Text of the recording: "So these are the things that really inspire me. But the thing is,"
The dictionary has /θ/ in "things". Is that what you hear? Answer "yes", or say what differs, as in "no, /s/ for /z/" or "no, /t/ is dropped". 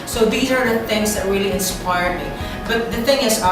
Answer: yes